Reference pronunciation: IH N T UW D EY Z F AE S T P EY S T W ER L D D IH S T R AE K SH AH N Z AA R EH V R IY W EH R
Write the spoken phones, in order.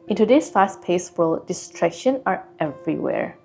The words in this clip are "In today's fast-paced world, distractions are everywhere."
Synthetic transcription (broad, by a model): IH N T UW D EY S F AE S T P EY S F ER L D D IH S T R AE K SH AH N AA R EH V R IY W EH R